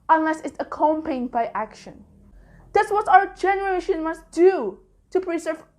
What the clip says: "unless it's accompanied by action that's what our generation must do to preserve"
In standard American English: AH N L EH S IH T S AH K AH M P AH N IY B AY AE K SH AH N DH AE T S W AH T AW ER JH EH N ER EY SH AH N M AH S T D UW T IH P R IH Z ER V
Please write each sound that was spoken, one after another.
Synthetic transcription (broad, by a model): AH N L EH S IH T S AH K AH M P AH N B AY AE K SH AH N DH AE T S W AH T AW ER JH EH N ER EY SH AH N M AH S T D UW T IH P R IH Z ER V